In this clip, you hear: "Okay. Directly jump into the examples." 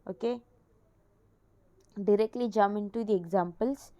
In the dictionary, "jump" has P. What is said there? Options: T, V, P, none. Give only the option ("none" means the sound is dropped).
none